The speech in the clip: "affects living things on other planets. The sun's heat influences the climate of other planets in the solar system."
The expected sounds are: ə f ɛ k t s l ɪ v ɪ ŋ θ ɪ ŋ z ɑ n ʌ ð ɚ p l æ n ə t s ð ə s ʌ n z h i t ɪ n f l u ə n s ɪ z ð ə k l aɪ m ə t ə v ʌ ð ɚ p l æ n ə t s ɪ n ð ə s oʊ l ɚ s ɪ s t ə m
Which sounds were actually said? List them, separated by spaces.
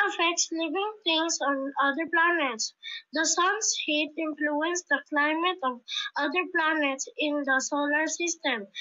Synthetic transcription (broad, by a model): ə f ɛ k t s l ɪ v ɪ ŋ t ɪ ŋ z ɑ n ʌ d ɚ p l æ n ə t s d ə s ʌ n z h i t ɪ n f l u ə n s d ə k l aɪ m ə t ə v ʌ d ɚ p l æ n ə t s ɪ n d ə s oʊ l ɚ s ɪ s t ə m